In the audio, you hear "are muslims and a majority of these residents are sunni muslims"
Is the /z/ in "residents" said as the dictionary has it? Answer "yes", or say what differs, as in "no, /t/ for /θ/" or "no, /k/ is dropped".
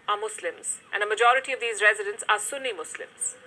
yes